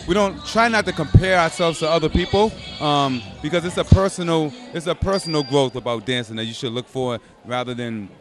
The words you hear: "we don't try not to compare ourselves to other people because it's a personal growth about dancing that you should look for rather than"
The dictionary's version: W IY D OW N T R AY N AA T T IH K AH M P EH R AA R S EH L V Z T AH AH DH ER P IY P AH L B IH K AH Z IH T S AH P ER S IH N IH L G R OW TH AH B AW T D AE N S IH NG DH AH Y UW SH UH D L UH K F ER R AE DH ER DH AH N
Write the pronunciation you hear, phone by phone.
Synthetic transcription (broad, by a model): W IY D OW N T R AY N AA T T IH K AH M P EH R AA R S EH L V Z T AH AH DH ER P IY P AH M B IH K AH Z IH T S AH P ER S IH N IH L G R OW TH AH B AW T D AE N S IH NG DH AH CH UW SH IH D L UH K F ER R AE DH ER DH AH N